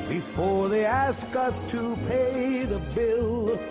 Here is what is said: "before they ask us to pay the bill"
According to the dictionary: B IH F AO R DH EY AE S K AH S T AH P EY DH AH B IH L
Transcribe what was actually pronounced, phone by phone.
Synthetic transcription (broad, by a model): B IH F AO R DH EY AE S K AH S T AH P EY DH AH B IH L